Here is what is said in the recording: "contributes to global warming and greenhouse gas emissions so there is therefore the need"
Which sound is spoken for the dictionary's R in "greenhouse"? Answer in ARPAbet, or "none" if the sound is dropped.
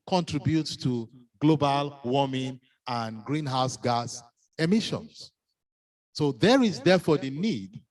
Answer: R